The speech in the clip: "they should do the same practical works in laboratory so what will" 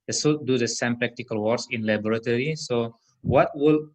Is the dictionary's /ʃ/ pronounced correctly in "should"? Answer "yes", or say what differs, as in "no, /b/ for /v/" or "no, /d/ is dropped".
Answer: no, /s/ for /ʃ/